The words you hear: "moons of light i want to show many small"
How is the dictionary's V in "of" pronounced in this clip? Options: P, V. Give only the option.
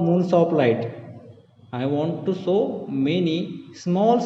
P